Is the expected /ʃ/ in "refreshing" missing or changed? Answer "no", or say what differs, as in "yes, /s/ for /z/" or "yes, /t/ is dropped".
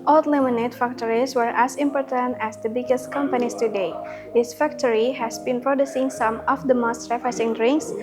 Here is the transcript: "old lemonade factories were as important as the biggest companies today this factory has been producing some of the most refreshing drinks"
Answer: yes, /s/ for /ʃ/